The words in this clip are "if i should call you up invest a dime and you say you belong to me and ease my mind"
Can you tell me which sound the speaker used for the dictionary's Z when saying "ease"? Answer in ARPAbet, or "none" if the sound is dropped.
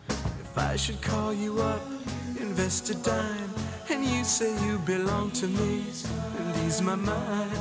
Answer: Z